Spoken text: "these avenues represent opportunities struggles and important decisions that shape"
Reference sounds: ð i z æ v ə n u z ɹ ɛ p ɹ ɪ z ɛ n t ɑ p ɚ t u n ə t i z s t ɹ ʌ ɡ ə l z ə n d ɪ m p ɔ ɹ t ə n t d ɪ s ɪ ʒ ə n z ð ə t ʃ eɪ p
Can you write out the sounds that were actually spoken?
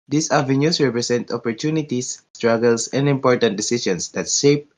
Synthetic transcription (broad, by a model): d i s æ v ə n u s ɹ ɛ p ɹ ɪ s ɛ n t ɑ p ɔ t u n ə t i s t ɹ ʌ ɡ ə l s ə n d ɪ m p ɔ ɹ t ə n t d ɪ s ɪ ʃ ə n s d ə t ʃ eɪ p